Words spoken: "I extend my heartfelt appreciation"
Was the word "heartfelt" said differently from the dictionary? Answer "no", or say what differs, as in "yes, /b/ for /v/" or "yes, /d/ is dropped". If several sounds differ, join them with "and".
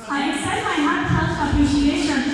yes, /f/ is dropped